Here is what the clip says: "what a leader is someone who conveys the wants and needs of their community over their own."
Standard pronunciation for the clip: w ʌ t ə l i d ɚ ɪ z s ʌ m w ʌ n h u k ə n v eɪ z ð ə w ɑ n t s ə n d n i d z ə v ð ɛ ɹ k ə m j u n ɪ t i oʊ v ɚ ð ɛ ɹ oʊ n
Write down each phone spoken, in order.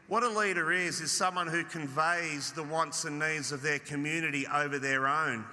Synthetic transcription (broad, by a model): w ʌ t ə l i d ɚ ɪ z s ʌ m w ʌ n h u k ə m v eɪ z ð ə w ɑ n t s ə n n i d z ə v ð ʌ ɹ k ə m j u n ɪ t i oʊ v ɚ ð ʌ ɹ oʊ n